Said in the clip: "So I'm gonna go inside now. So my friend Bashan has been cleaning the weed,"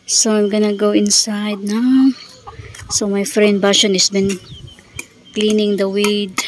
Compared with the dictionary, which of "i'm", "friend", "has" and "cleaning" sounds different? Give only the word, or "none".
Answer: has